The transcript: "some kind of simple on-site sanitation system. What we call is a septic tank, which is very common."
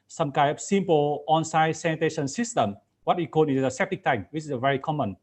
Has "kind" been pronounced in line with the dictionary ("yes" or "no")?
no